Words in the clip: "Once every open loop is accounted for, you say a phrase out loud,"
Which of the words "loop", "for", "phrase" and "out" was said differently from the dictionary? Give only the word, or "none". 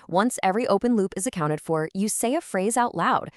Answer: none